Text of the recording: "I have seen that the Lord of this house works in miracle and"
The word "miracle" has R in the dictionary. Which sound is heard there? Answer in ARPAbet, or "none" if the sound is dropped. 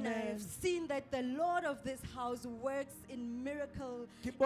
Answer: R